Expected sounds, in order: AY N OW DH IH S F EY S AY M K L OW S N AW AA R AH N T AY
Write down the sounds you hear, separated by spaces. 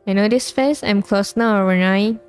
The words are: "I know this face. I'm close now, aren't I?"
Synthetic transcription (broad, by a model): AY N OW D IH S F EY S AY M K L OW S N AW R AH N AY